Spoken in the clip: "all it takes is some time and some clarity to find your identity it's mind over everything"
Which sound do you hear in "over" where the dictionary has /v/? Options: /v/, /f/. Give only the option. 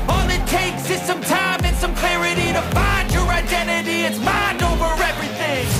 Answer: /v/